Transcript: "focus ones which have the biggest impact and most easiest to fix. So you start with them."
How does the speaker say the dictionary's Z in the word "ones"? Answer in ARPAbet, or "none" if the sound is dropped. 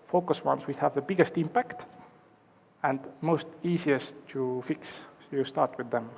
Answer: S